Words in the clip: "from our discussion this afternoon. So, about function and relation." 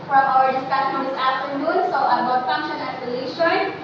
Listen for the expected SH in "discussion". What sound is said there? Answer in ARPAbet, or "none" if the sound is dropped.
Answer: S